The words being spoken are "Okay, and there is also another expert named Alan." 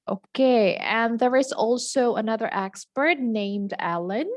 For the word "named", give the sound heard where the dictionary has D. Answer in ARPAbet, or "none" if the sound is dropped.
D